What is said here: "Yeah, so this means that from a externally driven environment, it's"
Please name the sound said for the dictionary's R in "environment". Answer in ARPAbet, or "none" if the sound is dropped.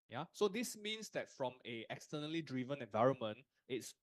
R